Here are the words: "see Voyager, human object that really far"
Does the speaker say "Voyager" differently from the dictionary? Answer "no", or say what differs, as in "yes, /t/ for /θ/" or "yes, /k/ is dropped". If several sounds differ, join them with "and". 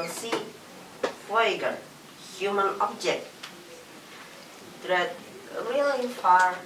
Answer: yes, /f/ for /v/